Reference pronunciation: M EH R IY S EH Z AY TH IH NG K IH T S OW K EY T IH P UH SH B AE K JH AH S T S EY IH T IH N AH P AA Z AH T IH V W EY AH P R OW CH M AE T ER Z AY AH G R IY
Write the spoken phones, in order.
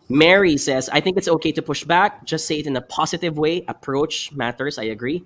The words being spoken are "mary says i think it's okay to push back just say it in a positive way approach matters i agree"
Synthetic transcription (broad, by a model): M EH R IY S EH Z AY TH IH NG K IH T S OW K EY T IH P UH SH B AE K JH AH S T S EY IH T IH N AH P AA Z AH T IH V W EY AH P R OW CH M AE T ER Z AY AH G R IY